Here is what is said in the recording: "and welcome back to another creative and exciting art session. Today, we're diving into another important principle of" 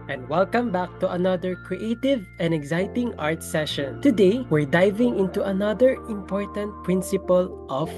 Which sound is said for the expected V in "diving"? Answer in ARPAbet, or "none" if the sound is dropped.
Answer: V